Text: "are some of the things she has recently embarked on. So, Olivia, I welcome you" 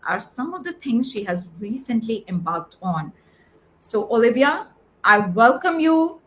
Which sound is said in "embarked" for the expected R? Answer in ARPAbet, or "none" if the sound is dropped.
L